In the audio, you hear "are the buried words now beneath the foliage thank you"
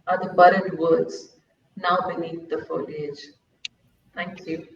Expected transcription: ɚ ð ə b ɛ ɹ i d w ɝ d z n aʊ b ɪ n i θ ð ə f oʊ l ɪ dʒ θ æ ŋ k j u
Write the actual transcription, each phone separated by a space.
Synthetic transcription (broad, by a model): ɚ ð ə b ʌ ɹ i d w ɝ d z n aʊ b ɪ n i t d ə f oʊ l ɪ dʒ t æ ŋ k j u